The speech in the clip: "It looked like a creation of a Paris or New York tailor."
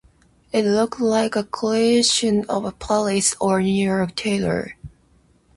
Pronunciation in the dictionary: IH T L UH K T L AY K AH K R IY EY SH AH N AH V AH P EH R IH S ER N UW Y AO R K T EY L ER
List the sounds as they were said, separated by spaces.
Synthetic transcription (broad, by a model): IH T L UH K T L AY K AH K IY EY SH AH N AH V AH P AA L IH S ER N UW Y AO R K T EY L ER